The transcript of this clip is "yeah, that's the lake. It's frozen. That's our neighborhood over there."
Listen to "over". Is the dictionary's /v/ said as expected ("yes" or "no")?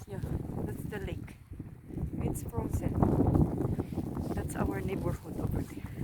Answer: no